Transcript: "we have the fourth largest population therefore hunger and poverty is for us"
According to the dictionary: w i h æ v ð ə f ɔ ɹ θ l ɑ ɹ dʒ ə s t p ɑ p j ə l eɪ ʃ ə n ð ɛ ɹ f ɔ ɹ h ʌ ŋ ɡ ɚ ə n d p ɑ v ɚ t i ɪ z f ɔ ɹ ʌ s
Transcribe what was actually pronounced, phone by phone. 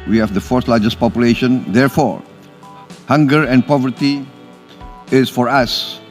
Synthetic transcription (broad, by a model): w i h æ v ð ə f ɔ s l ɑ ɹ dʒ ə s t p ɑ p j ə l eɪ ʃ ə n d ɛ ɹ f ɔ ɹ h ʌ ŋ ɡ ɚ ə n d p ɑ v ɚ t i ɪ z f ɔ ɹ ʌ s